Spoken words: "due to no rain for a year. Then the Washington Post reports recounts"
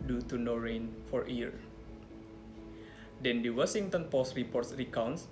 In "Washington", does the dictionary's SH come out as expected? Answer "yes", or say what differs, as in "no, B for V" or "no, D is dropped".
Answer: no, S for SH